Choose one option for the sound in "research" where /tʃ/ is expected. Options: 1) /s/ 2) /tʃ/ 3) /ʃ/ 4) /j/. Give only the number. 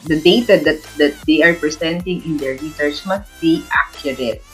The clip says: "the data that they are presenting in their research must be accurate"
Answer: 1